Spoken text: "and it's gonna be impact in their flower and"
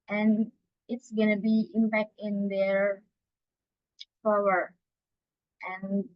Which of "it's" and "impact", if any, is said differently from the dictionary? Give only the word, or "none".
none